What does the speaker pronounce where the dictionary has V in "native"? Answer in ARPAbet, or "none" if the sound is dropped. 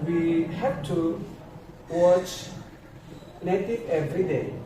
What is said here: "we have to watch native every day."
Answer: none